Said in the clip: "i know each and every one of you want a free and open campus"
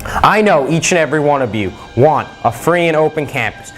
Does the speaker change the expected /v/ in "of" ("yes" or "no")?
no